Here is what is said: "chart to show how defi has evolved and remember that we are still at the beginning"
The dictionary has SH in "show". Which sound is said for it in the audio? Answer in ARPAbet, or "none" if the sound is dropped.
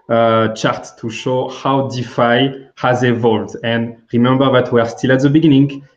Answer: SH